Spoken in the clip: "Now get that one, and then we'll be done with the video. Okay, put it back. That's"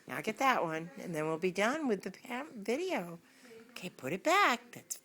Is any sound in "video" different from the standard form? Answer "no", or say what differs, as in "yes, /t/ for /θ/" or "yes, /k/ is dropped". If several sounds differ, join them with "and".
no